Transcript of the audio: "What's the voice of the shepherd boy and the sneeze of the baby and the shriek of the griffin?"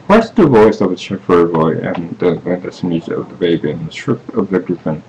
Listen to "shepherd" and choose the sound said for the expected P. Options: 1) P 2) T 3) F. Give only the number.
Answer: 3